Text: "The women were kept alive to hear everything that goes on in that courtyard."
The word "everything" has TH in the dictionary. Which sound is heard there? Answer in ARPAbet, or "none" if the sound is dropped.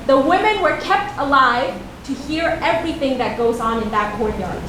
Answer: TH